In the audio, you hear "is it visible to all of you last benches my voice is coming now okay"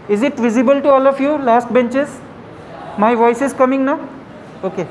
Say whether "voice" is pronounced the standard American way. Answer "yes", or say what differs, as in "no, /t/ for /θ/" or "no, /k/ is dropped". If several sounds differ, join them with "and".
yes